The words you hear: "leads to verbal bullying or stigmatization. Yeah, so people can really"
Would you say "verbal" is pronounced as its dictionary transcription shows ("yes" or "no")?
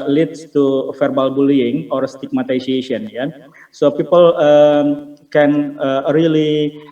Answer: no